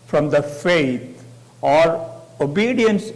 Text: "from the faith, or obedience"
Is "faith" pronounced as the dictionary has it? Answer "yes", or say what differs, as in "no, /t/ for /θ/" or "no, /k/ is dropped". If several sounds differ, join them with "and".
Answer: no, /t/ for /θ/